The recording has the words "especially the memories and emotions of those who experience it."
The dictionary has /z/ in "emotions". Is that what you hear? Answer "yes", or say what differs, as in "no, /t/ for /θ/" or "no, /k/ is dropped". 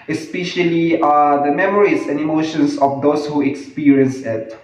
no, /s/ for /z/